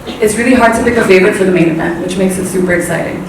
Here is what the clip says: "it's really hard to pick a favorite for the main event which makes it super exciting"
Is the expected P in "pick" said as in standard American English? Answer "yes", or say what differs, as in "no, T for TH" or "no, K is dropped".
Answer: no, B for P